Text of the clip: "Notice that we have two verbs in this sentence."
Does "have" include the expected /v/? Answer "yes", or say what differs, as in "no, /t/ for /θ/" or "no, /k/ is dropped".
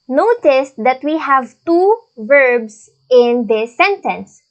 yes